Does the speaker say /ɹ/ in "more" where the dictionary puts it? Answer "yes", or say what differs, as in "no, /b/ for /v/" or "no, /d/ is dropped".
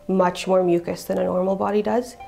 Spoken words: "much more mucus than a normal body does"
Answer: yes